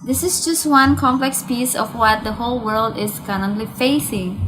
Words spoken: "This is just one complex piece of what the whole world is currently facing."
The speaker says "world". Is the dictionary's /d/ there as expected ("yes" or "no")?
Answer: yes